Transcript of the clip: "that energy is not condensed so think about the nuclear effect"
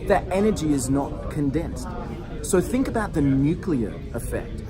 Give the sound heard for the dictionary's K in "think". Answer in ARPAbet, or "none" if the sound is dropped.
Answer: K